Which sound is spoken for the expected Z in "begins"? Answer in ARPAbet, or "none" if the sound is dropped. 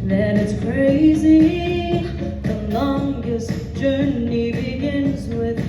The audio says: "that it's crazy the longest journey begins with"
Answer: Z